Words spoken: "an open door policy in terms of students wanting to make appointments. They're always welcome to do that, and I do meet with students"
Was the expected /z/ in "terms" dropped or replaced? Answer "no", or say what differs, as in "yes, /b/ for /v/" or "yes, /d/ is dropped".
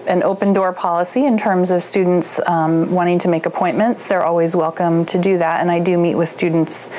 no